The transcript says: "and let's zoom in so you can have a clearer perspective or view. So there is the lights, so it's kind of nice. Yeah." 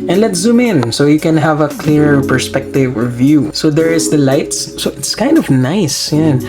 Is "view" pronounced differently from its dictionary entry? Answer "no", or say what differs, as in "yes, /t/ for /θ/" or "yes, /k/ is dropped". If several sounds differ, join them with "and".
no